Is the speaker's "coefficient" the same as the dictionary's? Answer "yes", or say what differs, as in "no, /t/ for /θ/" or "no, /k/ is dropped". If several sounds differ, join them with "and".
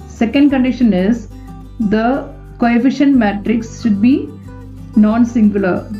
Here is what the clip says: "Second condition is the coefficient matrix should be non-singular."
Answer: yes